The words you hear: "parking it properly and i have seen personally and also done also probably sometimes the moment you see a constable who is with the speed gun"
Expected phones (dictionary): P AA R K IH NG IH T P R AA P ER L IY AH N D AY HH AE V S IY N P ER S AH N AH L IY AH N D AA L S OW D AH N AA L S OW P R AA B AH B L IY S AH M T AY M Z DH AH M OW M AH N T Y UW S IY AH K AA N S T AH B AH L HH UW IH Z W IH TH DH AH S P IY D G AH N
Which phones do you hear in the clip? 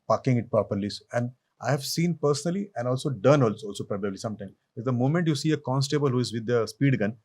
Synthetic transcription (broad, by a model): P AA K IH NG IH T P AA P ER L IY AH N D AY HH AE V S IY N P ER S AH N AH L IY AH N D AA L S OW D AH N AA L S OW P R AA B AH B L IY S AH M T AY M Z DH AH M OW M AH N T Y UW S IY AH K AA N S T AH B AH L HH UW IH Z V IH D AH S P IY D G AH N